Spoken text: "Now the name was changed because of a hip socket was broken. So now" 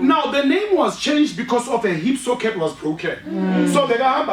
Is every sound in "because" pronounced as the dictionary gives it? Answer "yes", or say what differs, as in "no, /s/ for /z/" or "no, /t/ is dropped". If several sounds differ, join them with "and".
no, /s/ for /z/